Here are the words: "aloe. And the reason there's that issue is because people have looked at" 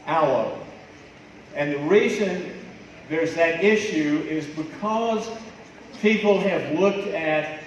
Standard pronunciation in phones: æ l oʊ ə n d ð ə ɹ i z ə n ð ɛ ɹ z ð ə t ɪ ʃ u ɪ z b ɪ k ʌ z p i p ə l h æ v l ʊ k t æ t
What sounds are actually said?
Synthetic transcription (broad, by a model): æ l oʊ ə n ð ə ɹ i z ə n ð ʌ ɹ z ð ə t ɪ ʃ u ɪ z b ɪ k ʌ z p i p l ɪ v l ʊ k t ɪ t